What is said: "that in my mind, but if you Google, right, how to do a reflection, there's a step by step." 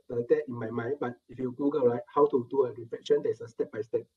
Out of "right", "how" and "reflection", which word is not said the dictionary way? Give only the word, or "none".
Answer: reflection